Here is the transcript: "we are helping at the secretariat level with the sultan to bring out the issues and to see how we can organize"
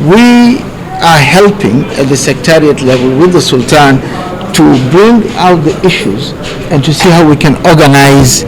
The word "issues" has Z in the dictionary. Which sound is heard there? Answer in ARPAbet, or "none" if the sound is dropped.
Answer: Z